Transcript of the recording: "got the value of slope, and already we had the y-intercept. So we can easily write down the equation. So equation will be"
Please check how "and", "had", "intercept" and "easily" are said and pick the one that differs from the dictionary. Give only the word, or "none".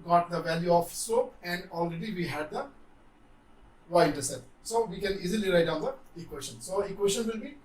intercept